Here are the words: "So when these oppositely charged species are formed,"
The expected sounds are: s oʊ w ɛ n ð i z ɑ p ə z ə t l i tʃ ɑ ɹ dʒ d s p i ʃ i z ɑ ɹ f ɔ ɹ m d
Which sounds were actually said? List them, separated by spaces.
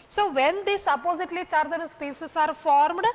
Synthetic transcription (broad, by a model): s oʊ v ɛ n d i s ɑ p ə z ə t l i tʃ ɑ ɹ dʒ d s p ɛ s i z ɑ ɹ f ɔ ɹ m d